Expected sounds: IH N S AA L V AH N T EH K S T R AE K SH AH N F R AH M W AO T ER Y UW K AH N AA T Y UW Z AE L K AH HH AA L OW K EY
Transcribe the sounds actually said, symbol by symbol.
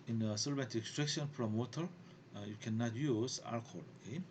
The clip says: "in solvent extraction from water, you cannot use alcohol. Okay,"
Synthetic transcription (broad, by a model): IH N S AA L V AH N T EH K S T R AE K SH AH N P R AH M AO T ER Y UW K AH N AA T Y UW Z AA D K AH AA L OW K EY